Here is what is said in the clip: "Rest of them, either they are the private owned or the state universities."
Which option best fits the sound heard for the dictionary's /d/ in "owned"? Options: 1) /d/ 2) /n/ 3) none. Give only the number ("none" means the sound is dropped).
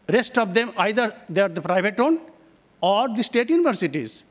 3